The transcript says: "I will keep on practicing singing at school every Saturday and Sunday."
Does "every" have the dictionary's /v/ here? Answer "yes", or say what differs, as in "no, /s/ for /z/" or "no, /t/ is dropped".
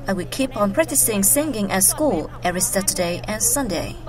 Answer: no, /v/ is dropped